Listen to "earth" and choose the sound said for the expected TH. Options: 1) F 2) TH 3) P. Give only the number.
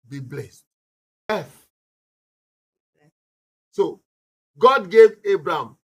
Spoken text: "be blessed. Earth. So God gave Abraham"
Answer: 1